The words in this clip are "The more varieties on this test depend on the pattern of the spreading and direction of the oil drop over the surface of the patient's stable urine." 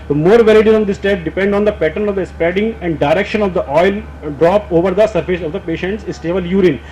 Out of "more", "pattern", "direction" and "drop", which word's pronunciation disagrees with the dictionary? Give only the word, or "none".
none